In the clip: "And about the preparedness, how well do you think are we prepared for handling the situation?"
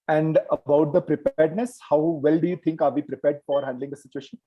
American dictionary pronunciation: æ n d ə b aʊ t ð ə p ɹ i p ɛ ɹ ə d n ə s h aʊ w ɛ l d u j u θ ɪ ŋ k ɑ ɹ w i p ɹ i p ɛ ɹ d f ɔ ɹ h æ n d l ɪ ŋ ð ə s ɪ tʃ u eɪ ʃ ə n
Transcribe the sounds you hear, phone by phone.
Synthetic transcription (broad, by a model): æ n d ə b aʊ t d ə p ɹ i p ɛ ɹ d n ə s h aʊ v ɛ l d u j u t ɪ ŋ k ɑ ɹ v i p ɹ i p ɛ ɹ d f ɔ ɹ h æ n d l ɪ ŋ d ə s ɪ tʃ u eɪ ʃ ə n